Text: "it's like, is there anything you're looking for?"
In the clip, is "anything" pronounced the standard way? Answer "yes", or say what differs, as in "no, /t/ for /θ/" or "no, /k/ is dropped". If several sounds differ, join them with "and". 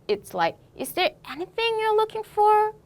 yes